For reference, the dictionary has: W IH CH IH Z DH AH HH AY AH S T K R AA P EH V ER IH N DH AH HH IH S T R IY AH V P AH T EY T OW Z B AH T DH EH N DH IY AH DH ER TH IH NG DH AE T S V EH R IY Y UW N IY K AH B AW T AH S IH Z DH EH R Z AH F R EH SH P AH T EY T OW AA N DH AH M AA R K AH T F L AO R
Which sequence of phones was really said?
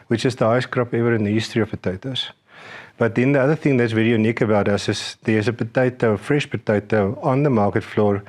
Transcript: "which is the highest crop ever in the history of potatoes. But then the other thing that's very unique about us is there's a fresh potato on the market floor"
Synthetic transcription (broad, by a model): W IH CH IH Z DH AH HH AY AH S K R AA P EH V ER IH N DH AH HH IH S T R IY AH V P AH T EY T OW S B AH T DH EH N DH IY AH DH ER TH IH NG DH AE T S V EH R IY Y UW N IY K AH B AW T AH S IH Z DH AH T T AH F R EH SH P AH T EY T OW AA N DH AH M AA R K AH T F L AO R